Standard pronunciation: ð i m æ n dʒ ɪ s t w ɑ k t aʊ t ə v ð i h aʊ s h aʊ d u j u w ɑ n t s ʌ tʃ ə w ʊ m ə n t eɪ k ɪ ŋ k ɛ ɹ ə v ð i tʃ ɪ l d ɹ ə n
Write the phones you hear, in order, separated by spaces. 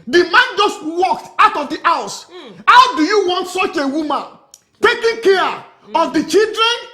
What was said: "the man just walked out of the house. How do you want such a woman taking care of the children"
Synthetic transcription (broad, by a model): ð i m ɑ n dʒ ɪ s t w ɑ k t aʊ t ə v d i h aʊ s h aʊ d u j u w ɑ n t s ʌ tʃ ə w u m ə n t eɪ k ɪ ŋ k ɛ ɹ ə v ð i tʃ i l d ɹ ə n